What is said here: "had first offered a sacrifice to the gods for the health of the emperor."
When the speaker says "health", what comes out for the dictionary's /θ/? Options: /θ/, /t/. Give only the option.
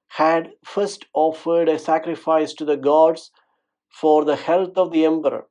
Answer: /t/